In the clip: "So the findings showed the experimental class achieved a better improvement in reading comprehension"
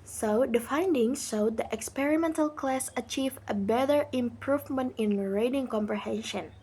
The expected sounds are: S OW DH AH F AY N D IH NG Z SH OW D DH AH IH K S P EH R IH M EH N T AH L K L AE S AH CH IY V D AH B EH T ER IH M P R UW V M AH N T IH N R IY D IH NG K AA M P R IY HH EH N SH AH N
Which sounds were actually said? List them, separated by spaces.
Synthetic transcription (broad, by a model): S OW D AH F AY N D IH NG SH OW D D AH IH K S P EH R IH M EH N T AH L K L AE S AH CH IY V AH B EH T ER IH M P R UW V M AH N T IH N R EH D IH NG K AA M P R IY HH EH N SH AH N